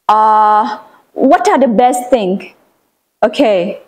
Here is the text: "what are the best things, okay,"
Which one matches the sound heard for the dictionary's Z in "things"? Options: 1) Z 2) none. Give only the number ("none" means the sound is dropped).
2